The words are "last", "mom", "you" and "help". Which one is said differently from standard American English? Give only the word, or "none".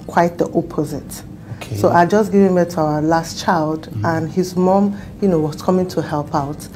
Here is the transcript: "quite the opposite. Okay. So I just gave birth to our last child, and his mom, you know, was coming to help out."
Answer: none